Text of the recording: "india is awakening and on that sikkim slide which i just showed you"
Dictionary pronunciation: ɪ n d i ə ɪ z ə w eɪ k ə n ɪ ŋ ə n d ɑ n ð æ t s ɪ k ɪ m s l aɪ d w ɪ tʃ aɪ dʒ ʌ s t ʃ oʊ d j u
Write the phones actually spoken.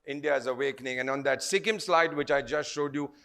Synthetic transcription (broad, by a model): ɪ n d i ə ɪ z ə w eɪ k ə n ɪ ŋ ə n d ɑ n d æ t s ɪ k ɪ m s l aɪ d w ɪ tʃ aɪ dʒ ʌ s t ʃ oʊ d j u